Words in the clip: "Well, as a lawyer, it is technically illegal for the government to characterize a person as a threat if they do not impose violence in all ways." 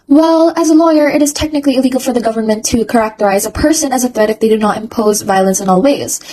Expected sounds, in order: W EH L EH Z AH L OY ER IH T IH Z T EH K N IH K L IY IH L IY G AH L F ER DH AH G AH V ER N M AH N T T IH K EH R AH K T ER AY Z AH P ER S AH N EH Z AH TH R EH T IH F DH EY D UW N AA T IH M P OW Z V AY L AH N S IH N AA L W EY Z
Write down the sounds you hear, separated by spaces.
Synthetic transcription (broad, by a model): W EH L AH Z AH L OY ER IH T IH Z T EH K N IH K L IY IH L IY G L F ER DH AH G AH V ER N M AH N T T IH K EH R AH K T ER AY Z AH P ER S AH N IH Z AH TH R EH T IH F DH EY D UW N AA T IH M P OW Z V AY L AH N S IH N AA L W EY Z